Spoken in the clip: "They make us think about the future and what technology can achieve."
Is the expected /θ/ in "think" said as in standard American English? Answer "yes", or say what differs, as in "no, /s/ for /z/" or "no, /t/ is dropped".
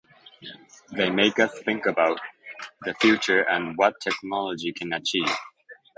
yes